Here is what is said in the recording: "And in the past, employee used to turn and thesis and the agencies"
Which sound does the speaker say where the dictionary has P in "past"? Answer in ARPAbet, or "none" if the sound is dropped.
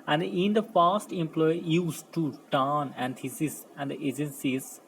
F